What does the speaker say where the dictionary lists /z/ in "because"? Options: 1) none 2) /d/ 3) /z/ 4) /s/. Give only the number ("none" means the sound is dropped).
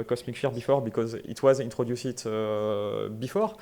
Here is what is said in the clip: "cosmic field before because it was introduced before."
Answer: 3